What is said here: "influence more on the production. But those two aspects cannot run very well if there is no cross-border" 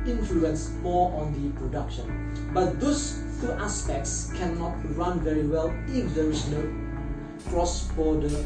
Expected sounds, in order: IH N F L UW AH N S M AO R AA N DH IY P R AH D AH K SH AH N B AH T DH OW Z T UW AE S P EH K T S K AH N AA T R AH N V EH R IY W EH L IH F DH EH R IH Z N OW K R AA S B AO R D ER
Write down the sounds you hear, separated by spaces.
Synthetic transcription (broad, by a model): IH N F L UW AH N S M AO AA N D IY P R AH D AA K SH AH N B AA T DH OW S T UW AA S P EH K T S K AH N AA T R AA N V EH R IY W EH L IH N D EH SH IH N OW K R AA S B AO D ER